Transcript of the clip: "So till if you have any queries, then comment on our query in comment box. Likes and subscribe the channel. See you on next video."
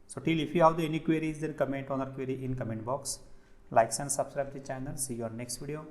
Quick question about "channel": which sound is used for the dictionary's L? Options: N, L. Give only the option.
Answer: N